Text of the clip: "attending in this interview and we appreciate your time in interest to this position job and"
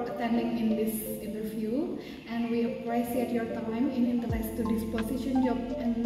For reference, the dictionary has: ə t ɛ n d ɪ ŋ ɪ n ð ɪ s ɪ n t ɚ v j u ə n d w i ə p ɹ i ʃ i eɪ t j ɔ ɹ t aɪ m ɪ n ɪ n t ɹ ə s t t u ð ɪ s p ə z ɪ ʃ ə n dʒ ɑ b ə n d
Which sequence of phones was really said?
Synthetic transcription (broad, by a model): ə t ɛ n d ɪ ŋ ɪ n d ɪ s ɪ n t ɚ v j u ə n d w i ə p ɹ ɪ s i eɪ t j ɔ ɹ t aɪ m ɪ n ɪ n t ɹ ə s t t u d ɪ s p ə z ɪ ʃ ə n dʒ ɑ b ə n